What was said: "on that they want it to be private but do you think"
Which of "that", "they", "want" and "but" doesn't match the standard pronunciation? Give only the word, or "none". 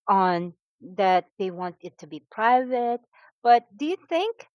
none